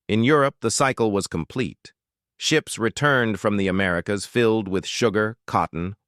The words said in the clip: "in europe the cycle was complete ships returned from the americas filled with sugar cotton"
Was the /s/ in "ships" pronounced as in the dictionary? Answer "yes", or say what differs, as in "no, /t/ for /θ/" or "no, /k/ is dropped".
yes